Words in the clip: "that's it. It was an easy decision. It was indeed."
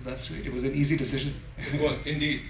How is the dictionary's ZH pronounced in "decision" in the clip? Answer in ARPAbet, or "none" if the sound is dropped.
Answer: ZH